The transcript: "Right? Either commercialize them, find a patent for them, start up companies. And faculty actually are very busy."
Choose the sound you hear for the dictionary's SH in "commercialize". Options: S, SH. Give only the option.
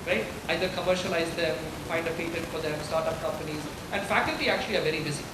SH